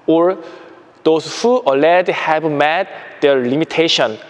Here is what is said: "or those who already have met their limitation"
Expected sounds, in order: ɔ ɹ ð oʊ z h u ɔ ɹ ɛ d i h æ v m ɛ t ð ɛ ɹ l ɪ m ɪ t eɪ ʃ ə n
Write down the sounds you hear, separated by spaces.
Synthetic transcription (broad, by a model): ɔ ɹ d oʊ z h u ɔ l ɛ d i h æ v m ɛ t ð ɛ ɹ l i m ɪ t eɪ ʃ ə n